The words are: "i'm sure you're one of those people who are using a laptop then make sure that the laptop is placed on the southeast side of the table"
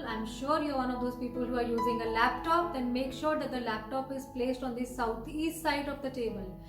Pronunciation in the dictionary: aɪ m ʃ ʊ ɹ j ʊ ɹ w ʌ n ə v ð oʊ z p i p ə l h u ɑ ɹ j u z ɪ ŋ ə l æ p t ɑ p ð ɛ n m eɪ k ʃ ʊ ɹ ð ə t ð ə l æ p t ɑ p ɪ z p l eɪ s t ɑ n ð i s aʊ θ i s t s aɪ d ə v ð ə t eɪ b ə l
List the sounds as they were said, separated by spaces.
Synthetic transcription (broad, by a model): aɪ m ʃ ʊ ɹ j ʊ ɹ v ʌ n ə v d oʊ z p i p ə l h u ɑ ɹ j u z ɪ ŋ ə l æ p t ɑ p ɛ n m eɪ k ʃ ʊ ɹ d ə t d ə l æ p t ɑ p ɪ z p l eɪ s t ɑ n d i s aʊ t i s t s aɪ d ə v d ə t eɪ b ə l